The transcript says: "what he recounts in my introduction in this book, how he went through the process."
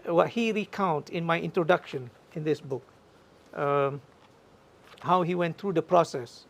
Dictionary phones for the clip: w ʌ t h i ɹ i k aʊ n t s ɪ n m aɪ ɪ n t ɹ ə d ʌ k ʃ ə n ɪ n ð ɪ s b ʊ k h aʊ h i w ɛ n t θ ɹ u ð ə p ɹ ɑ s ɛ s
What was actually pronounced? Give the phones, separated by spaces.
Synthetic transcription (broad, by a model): w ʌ t h i ɹ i k aʊ n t ɪ n m aɪ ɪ n t ɹ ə d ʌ k ʃ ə n ɪ n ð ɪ s b ʊ k h aʊ h i w ɛ n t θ ɹ u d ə p ɹ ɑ s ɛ s